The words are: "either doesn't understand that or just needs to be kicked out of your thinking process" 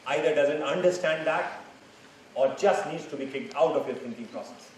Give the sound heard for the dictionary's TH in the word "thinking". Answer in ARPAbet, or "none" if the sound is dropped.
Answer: T